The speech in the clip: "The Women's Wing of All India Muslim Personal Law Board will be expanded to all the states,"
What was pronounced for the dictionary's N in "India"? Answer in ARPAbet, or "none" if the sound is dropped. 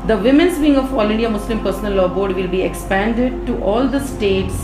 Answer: none